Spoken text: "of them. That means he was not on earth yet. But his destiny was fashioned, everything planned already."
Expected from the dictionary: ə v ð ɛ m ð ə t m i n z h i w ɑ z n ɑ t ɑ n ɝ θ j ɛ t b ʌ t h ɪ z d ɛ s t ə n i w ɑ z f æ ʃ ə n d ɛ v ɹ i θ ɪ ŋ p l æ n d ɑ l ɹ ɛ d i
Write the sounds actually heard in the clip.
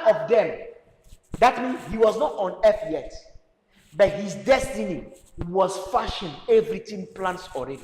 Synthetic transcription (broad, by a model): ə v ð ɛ m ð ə t m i n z h i w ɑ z n ɑ t ɑ n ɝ f j ɛ t b ʌ t h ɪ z d ɛ s t ə n i w ɑ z f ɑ ʃ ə n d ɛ v ɹ i t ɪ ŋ p l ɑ n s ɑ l ɹ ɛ d i